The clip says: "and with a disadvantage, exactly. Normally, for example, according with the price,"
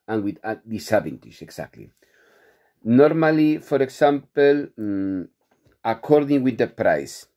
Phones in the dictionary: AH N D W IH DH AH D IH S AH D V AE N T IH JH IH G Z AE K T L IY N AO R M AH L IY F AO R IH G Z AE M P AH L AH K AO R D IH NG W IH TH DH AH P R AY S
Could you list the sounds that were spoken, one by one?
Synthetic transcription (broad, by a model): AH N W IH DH AH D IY S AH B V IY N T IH SH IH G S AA K T L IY N AO R M AH L IY F AO R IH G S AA M P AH L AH K AO R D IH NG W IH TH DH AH P R AY S